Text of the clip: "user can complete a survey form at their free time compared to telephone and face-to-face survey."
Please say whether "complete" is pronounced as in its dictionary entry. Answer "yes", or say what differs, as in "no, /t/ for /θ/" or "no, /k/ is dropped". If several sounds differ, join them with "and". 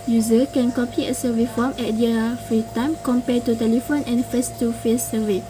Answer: no, /m/ is dropped and /l/ is dropped and /t/ is dropped